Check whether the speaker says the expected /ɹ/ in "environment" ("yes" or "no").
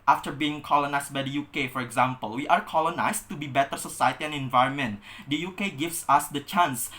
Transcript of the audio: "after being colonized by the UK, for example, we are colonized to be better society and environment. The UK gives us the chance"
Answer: yes